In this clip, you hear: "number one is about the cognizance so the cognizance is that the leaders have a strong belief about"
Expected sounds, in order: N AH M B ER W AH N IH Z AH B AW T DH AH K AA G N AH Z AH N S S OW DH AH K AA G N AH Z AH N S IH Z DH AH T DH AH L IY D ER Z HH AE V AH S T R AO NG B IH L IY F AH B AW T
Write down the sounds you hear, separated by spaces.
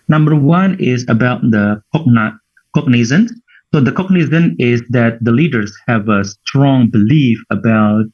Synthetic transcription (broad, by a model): N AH M B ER W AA N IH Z AH B AW T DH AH K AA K N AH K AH N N S OW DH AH K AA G N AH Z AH N IH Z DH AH T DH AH L IY D ER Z HH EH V AH S T R AO NG B IH L IY F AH B AW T